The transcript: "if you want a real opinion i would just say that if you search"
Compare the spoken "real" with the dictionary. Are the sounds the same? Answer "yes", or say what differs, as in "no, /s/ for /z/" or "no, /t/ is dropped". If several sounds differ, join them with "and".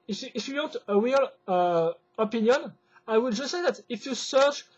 no, /w/ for /ɹ/